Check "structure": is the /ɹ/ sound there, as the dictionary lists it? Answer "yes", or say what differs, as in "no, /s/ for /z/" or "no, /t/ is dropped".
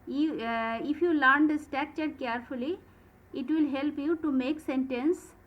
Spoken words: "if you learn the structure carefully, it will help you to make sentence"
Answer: no, /ɹ/ is dropped